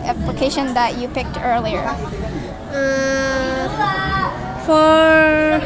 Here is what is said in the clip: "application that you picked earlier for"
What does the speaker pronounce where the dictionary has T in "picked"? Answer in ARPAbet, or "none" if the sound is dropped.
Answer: T